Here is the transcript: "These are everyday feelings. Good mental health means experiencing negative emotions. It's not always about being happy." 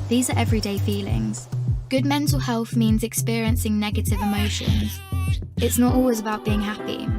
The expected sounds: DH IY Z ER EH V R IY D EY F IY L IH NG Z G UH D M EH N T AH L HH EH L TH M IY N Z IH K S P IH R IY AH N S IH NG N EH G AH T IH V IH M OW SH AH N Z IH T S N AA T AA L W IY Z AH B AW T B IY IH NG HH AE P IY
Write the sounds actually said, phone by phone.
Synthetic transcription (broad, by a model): DH IY Z ER EH V R IY D EY F IY L IH NG Z G UH D M EH N T AH L HH EH L TH M IY N Z IH K S P IH R IY AH N S IH NG N EH G AH T IH V IH M OW SH AH N Z IH T S N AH T AA L W IY Z AH B AW T B IY IH NG HH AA P IY